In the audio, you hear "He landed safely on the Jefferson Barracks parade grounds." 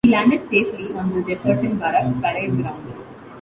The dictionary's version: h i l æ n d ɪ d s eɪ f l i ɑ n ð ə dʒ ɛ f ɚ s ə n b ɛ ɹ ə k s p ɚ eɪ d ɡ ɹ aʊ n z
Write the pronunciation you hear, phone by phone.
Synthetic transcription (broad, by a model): i l æ n d ɪ d s eɪ f l i ɑ n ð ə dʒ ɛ p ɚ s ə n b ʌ ɹ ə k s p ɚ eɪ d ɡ ɹ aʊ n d